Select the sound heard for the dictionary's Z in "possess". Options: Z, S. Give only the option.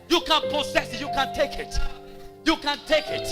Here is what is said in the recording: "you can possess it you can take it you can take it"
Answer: S